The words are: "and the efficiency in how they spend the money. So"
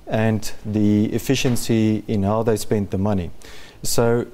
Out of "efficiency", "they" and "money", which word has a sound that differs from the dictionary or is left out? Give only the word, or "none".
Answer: none